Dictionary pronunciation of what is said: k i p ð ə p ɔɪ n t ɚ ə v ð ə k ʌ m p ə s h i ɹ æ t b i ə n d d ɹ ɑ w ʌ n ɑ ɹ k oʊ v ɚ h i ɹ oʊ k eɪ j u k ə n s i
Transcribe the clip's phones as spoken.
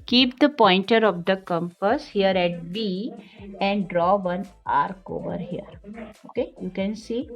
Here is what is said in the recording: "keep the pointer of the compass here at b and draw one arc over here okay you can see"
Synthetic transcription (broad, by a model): k i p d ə p ɔɪ n t ɚ ə v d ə k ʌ m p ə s h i ɹ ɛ t b i ə n d d ɹ ɑ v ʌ n ɑ ɹ k oʊ v ɚ h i ɹ oʊ k eɪ j u k ə n s i